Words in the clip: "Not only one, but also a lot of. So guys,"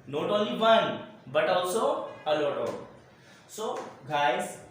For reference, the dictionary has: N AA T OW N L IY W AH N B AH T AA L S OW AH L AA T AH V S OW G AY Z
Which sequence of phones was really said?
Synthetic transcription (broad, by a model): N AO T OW L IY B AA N B AH T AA W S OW AH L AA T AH S OW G AY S